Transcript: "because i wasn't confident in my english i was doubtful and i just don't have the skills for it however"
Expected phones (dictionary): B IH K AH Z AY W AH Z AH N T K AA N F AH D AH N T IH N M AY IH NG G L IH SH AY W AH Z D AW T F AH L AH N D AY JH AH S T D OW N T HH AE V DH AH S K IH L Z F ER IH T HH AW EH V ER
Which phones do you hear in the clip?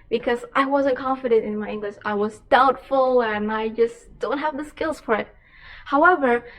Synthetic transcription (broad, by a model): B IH K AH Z AY W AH Z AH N K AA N F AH D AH N T IH N M AY IH NG G L IH SH AY W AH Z D AW T F AH L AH N AY JH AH S D OW N T HH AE V DH AH S K IH L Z F ER IH T HH AW EH V ER